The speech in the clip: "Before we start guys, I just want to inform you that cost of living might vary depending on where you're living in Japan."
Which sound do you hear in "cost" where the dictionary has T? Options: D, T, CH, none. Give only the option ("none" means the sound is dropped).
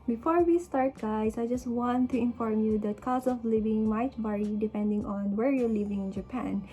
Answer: none